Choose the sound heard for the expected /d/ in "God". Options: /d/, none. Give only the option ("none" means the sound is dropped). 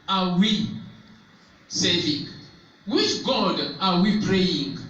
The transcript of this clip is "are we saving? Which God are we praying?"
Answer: /d/